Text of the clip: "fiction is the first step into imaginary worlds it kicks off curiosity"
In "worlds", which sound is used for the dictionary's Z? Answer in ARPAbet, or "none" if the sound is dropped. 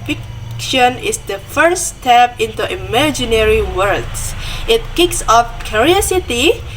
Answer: S